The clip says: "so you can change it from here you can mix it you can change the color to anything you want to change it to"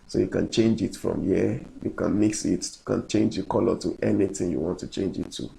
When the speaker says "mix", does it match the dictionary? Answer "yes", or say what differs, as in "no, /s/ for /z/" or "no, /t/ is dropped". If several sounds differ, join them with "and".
yes